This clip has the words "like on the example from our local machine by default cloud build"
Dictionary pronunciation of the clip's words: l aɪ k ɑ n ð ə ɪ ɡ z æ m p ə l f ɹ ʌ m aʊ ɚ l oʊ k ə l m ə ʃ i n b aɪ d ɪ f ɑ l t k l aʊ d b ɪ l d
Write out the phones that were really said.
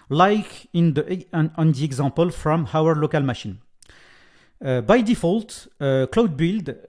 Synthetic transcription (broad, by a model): l aɪ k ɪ n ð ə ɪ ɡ z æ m p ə l f ɹ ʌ m aʊ ɚ l oʊ k ə l m ə ʃ i n b aɪ d ɪ f ɑ l t k l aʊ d b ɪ l d